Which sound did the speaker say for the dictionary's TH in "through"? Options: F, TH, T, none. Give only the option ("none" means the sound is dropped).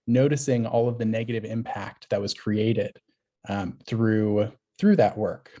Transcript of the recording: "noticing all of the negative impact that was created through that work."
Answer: TH